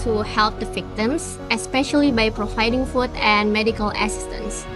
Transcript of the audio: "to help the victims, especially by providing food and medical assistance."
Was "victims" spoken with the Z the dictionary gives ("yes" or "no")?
no